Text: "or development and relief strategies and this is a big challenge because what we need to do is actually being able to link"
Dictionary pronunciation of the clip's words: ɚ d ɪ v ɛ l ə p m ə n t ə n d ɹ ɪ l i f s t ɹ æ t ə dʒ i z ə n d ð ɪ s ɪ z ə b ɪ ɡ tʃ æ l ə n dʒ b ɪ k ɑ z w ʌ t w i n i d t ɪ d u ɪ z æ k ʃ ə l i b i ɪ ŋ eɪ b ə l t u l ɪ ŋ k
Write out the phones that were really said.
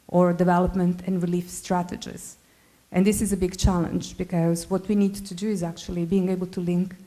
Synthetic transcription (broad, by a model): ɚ d ɪ v ɛ l ə p m ə n t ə n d ɹ ɪ l i f s t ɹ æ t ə dʒ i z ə n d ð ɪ s ɪ z ə b ɪ ɡ tʃ æ l ə n dʒ b ɪ k ɑ z w ʌ t w i n i d t ɪ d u ɪ z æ k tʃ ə l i b i ɪ ŋ eɪ b ə l t u l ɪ ŋ k